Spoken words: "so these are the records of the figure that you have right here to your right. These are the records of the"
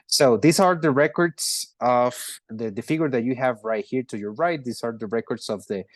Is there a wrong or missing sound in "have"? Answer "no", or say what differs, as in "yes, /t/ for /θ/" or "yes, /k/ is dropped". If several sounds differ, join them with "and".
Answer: no